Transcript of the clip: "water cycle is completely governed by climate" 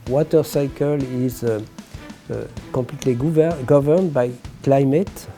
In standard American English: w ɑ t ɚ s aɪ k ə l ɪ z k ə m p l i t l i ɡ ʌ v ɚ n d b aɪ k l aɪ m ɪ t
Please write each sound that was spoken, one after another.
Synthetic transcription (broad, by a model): w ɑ t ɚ s aɪ k ə l ɪ z k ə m p l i t l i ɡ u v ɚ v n b aɪ k l aɪ m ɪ t